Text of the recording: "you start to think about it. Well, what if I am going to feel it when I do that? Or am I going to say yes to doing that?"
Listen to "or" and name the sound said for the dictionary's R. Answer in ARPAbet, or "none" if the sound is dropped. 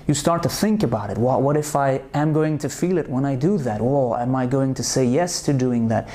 L